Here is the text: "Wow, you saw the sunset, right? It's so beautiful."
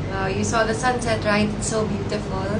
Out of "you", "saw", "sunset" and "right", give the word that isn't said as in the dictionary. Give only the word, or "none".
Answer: right